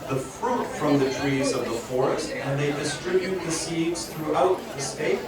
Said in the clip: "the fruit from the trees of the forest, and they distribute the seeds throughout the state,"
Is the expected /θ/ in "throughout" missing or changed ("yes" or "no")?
no